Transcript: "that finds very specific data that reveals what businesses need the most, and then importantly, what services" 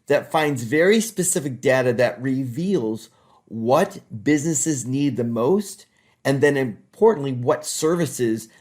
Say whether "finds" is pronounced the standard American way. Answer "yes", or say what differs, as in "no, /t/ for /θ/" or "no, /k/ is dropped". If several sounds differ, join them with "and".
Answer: yes